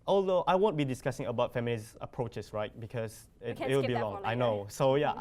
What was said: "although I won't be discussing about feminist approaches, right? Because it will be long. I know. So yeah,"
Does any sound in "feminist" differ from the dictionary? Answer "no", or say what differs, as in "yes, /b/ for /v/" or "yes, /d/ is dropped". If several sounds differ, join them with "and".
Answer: yes, /t/ is dropped